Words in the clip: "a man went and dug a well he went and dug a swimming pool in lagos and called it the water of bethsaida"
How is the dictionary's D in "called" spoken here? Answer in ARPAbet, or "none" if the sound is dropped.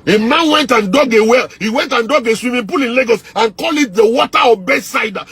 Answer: none